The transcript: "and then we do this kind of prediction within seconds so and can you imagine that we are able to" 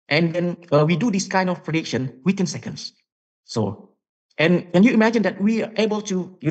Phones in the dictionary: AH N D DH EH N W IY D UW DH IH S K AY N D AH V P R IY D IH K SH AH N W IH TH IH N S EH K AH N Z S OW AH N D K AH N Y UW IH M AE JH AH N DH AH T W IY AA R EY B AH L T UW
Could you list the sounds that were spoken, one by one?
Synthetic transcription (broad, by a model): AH N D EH N W IY D UW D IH S K AY N D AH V P R IY D IH K SH AH N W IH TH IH N S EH K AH N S S OW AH N K AH N Y UW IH M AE JH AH N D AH T W IY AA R EY B AH L T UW